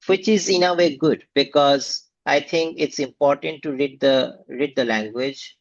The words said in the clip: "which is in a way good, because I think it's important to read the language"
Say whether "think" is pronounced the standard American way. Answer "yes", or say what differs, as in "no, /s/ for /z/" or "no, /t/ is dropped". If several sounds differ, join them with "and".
no, /t/ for /θ/